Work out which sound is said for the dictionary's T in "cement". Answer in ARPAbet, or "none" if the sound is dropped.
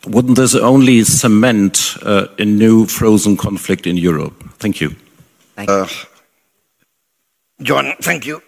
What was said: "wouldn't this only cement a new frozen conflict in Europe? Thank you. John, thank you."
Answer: T